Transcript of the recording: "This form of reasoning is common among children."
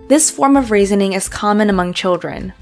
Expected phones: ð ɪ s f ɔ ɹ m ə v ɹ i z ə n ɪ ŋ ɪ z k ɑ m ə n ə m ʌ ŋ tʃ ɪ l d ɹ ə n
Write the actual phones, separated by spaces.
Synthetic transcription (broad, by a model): ð ɪ s f ɔ ɹ m ə v ɹ i z ə n ɪ ŋ ɪ z k ɑ m ə n ə m ʌ ŋ tʃ ɪ l d ɹ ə n